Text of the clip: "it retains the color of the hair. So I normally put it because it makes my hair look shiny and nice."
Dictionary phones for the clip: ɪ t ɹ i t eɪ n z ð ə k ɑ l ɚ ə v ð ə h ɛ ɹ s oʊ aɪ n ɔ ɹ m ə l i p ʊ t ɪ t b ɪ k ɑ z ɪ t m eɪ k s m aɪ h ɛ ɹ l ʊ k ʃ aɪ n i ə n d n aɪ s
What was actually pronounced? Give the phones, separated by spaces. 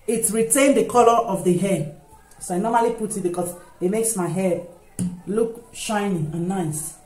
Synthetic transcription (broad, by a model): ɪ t ɹ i t eɪ n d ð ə k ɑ l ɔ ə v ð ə h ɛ s oʊ aɪ n ɔ m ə l i p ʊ t ɪ t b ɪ k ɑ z ɪ t m eɪ k s m aɪ h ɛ l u k ʃ aɪ n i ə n n aɪ s